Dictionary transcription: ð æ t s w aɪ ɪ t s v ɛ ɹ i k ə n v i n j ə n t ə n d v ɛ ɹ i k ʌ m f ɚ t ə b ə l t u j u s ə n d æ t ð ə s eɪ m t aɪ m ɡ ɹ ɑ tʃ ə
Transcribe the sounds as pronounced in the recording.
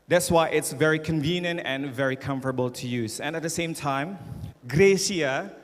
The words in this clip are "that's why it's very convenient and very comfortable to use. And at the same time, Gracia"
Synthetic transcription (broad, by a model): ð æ t s w aɪ ɪ t s v ɛ ɹ i k ə n v i n j ə n t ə n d v ɛ ɹ i k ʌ m f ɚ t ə b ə l t u j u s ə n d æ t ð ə s eɪ m t aɪ m ɡ ɹ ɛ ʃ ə